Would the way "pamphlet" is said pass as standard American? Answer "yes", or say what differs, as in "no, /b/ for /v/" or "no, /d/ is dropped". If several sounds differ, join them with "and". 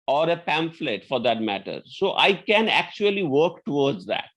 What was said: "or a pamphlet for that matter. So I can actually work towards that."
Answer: yes